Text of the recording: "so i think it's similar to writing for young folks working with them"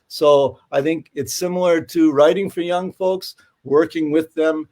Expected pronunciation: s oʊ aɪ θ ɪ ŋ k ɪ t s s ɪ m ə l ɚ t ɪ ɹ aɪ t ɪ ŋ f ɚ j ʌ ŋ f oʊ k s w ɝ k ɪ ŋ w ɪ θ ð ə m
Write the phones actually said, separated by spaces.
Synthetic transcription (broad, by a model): s oʊ aɪ θ ɪ ŋ k ɪ t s s ɪ m l ɚ t ɪ ɹ aɪ t ɪ ŋ f ɚ j ʌ ŋ f oʊ k s w ɝ k ɪ ŋ w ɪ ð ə m